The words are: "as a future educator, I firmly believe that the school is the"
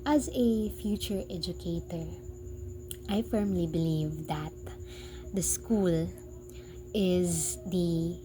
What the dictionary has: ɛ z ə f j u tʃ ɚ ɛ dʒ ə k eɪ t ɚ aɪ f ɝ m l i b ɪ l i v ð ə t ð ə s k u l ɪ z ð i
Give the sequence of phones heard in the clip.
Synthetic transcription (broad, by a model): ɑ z ə f j u tʃ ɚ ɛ dʒ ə k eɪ t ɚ aɪ f ɝ m l i b ɪ l i v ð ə t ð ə s k u l ɪ z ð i